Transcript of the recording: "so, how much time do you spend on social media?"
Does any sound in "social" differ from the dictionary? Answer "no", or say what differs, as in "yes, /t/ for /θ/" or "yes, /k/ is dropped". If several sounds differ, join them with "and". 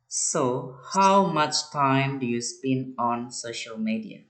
no